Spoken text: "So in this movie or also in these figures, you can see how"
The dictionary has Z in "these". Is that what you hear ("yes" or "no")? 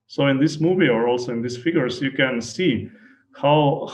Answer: no